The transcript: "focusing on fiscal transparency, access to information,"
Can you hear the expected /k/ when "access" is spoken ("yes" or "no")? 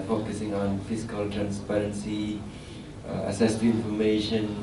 no